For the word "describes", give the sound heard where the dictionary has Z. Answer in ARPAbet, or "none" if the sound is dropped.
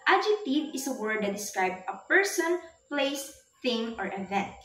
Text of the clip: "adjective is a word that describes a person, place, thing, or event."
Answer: none